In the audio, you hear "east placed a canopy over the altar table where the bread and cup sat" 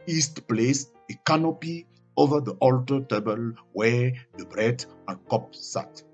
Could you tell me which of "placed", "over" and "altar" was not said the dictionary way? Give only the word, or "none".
placed